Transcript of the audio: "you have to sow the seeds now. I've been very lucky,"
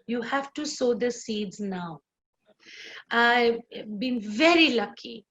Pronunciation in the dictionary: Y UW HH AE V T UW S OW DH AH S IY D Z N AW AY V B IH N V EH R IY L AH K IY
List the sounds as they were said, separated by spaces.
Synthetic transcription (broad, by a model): Y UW HH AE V T UW S OW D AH S IY D Z N AW AY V B IH N V EH R IY L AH K IY